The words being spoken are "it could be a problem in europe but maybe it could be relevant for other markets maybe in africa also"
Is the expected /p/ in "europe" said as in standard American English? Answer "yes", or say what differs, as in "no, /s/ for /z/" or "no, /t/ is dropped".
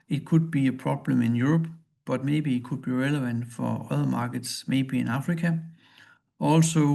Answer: no, /b/ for /p/